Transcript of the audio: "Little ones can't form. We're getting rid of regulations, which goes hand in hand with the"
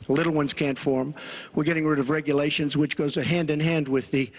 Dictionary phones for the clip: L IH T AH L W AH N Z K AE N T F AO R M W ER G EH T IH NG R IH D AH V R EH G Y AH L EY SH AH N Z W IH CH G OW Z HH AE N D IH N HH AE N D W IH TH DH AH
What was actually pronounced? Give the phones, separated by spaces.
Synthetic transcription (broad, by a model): L IH T L W AH N Z K AE N T F AO R M W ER G EH T IH NG R IH D AH V R EH G Y AH L EY SH AH N Z W IH CH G OW Z HH AE N D IH N HH AE N D W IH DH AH